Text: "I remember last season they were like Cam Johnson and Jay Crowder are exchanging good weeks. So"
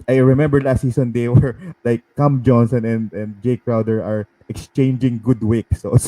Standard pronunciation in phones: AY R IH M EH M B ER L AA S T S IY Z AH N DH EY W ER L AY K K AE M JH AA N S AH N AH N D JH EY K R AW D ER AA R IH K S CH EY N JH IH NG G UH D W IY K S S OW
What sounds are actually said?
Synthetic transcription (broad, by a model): AY R IH M EH M B ER L AA S T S IY S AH N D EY W ER L AY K K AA M JH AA N S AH N AH N D JH EY K R AW D ER AA R IH K S CH EY N JH IH NG G UH D W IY K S S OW